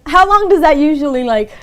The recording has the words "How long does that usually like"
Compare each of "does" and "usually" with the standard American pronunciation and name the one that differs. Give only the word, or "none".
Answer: none